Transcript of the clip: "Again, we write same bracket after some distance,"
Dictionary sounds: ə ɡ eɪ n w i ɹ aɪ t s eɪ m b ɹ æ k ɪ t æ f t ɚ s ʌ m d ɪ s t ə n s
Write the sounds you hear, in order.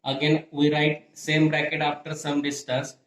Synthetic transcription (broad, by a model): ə ɡ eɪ n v i ɹ aɪ t s eɪ m b ɹ æ k ɪ t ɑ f t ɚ s ʌ m d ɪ s t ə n s